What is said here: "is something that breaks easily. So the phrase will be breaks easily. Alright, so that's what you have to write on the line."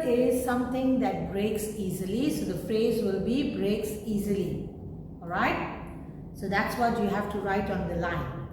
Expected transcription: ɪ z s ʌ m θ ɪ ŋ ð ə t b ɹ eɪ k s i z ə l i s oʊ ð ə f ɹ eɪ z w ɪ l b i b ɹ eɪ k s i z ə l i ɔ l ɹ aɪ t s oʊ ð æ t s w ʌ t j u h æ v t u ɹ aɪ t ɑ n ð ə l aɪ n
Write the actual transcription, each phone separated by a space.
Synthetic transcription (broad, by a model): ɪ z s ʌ m t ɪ ŋ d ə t b ɹ eɪ k s i z ə l i s oʊ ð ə f ɹ eɪ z w ɪ l b i b ɹ eɪ k s i z ə l i ɔ l ɹ aɪ t s oʊ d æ t s w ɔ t j u h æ f t u ɹ aɪ t ɑ n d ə l aɪ n